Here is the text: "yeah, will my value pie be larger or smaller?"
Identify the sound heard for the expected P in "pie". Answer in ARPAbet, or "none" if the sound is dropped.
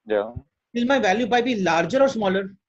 B